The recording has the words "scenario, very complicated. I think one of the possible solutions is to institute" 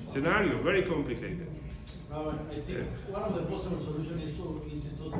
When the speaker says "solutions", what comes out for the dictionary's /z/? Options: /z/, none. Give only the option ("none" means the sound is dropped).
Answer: none